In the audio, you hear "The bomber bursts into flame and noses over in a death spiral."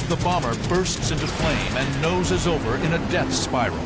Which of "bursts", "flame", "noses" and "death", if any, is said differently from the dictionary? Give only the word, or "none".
none